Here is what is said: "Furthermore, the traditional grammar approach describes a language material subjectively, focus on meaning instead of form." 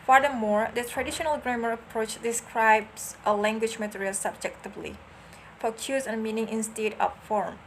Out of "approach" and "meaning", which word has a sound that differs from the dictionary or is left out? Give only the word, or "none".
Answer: none